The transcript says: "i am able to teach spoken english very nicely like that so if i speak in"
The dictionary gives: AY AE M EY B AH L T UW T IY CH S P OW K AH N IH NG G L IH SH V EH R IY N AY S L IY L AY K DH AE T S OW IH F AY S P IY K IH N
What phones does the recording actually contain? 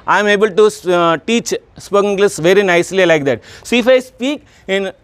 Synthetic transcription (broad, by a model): AY M EY B AH L T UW T IY CH S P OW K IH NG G L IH S V EH R IY N AY S L IY L AY K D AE T S OW IH F AY S P IY K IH N